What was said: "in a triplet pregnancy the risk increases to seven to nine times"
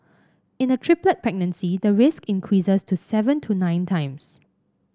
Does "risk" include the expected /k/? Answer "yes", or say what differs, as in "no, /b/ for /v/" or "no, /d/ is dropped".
yes